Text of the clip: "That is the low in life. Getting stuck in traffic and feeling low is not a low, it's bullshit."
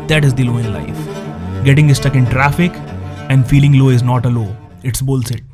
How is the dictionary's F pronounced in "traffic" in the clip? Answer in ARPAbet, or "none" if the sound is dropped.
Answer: F